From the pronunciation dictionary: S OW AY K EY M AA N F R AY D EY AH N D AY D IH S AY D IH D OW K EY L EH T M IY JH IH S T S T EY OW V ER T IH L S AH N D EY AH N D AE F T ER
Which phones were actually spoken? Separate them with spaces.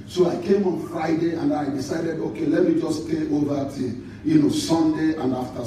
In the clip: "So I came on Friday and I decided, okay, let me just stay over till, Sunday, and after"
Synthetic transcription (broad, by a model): S OW AY K EY M AA N F R AY D EY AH N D AY D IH S AY D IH D OW K EY L EH T M IY JH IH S S T EY OW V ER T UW N S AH N D EY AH N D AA F T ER